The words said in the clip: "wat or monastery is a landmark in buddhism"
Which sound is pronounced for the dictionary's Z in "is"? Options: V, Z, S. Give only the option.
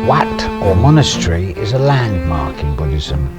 Z